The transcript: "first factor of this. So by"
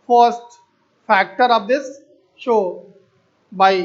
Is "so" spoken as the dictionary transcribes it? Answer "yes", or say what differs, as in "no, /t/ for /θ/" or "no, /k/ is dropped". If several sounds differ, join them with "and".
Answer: no, /ʃ/ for /s/